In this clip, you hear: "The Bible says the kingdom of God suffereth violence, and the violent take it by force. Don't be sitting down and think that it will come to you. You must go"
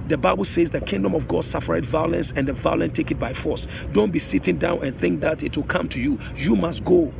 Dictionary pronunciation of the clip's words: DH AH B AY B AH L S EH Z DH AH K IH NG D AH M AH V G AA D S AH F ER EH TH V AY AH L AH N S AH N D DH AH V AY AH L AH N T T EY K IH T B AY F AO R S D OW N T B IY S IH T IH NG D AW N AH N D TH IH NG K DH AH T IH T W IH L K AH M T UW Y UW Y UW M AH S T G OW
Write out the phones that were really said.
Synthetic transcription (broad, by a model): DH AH B AY B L S EH Z DH AH K IH NG D AH M AH V G AA D S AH F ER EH T V AY AH L AH N S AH N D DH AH V AY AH L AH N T T EY K IH T B AY F AO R S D OW N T B IY S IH T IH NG D AW N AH N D TH IH NG K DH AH T IH T W IH L K AH M T UW Y UW Y UW M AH S T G OW